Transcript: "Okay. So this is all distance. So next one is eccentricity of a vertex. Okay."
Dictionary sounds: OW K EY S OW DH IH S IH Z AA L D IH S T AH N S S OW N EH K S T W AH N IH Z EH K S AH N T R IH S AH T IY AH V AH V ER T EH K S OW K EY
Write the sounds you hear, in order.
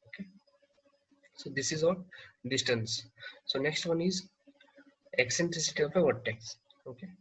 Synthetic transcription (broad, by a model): OW K EY S OW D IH S IH Z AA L D IH S T AH N S S OW N EH K S T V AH N IH Z EH K S AH N T R IH S AH T IY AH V AH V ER T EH K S OW K EY